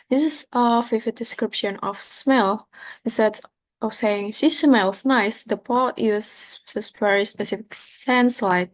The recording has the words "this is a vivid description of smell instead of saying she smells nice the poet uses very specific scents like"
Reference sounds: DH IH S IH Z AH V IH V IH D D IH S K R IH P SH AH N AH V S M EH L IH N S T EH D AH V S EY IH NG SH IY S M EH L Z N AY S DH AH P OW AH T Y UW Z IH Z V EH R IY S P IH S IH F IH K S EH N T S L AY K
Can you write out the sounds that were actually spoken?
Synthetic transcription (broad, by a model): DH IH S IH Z AH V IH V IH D D IH S K R IH P SH AH N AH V S M EH L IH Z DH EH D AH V S EY IH NG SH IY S M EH L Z N AY S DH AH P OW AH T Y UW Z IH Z V EH R IY S P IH S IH F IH K S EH N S L AY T